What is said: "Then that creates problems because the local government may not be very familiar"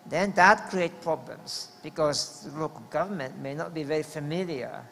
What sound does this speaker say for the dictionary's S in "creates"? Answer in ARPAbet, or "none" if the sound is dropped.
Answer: none